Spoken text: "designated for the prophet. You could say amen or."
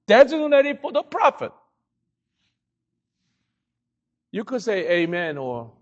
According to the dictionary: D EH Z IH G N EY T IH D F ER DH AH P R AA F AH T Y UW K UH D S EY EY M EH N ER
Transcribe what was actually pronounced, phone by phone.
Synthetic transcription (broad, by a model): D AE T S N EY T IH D F ER DH AH P R AA F AH T Y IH K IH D S EY EY M EH N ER